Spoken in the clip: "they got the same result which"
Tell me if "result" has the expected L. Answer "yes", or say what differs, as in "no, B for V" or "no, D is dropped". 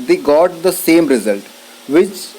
yes